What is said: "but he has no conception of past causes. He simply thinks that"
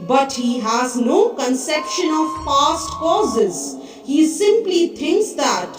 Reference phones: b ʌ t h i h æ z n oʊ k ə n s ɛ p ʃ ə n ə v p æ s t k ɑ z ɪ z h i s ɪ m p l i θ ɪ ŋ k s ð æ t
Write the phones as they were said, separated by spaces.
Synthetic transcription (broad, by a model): b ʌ t h i h æ z n oʊ k ə n s ɛ p ʃ ə n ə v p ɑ s t k ɑ z ɪ z h i s ɪ m p l i t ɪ ŋ k s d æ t